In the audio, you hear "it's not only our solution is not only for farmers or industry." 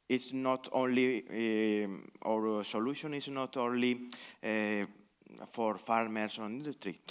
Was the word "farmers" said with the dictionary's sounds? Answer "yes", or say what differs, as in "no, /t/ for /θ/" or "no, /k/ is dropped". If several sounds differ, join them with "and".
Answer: no, /s/ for /z/